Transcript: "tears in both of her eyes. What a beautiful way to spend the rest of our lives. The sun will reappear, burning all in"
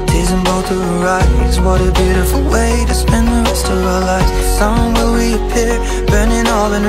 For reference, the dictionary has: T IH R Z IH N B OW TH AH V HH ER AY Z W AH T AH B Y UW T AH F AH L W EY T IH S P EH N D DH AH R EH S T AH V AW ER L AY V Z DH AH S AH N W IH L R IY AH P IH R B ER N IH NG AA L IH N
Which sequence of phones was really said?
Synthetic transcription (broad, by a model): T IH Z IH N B OW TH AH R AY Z W AH T AH B Y UW T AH F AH L W EY T IH S P EH N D DH AH R EH S T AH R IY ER L AY Z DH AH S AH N W IH L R IY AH P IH R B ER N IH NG AA L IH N